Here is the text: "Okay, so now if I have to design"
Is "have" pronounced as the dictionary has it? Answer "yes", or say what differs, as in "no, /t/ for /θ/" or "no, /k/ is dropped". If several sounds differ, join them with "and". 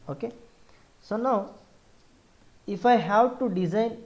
no, /w/ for /v/